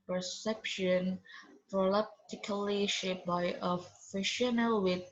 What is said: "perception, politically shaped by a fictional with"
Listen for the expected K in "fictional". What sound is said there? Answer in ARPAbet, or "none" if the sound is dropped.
none